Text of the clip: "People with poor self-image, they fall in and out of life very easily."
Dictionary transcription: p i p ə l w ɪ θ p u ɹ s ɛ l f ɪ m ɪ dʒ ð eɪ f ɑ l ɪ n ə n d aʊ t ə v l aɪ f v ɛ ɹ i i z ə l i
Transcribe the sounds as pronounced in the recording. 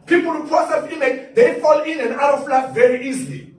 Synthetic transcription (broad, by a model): p i p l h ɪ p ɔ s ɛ f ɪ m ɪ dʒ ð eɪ f ɑ l ɪ n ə n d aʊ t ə f l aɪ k v ɛ ɹ i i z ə l i